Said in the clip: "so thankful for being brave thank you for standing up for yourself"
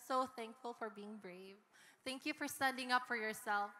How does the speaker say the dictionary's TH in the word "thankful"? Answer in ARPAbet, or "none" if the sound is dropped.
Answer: TH